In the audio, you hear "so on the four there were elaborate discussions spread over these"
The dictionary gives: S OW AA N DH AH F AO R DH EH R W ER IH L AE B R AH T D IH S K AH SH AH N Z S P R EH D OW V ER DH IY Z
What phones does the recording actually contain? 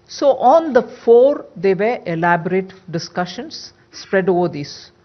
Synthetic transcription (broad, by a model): S OW AA N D AH F AO R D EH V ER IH L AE B R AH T D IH S K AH SH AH N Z S P R EH D OW V ER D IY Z